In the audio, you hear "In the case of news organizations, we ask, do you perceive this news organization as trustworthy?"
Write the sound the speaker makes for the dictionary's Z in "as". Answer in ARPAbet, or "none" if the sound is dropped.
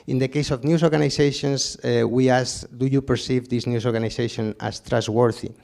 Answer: S